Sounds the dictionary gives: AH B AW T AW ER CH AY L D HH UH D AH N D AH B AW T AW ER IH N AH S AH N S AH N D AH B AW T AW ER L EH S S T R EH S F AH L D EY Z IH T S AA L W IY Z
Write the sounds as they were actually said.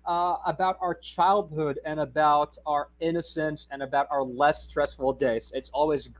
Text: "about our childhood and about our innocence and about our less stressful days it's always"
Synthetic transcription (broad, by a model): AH B AW T AW ER CH AY L D HH UH D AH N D AH B AW T AW ER IH N AH S AH N S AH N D AH B AW T AW ER L EH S S T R EH S F L D EY S IH T S AA L W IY Z